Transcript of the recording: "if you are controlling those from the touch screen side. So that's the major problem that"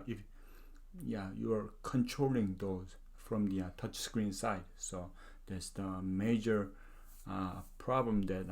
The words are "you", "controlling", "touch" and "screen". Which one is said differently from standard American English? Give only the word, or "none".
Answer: none